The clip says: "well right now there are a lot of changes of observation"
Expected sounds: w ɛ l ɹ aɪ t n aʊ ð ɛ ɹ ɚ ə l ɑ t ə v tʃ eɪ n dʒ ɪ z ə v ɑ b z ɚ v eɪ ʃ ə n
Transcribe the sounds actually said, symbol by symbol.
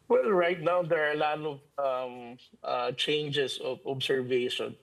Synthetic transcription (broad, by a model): w ɛ l ɹ aɪ t n aʊ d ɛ ɹ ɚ ə l ɑ t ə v tʃ eɪ n dʒ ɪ s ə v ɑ b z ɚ v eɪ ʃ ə n